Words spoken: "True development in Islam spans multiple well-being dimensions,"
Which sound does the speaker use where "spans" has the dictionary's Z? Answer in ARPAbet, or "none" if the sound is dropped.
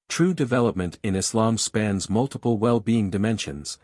Z